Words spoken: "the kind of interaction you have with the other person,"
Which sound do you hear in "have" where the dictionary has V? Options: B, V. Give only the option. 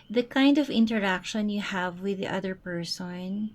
V